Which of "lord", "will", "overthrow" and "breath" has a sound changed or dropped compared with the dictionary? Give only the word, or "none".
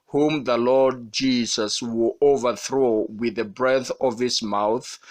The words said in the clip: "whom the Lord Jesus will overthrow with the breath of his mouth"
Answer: none